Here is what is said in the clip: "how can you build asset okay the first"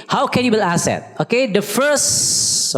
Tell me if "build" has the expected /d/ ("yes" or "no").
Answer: no